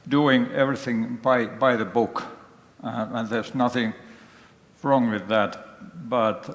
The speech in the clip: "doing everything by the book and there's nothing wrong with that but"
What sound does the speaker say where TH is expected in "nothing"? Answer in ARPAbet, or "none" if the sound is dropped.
TH